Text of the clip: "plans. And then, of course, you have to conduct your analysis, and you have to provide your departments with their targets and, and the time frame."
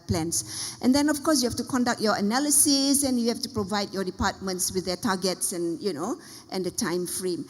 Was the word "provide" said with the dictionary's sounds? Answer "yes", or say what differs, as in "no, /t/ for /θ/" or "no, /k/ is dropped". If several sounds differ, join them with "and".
yes